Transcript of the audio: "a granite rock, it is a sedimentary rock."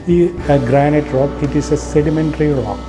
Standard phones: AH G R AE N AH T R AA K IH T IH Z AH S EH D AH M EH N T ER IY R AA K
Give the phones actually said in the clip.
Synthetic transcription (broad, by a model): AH G R AE N AH T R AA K IH T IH S AH S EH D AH M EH N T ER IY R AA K